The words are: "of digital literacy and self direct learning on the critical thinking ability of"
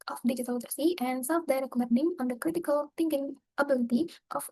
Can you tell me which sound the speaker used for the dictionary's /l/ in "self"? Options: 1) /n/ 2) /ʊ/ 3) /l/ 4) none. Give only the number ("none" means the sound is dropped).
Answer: 4